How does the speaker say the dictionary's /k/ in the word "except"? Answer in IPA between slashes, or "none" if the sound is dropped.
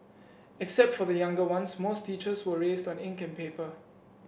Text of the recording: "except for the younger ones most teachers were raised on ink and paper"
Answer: /k/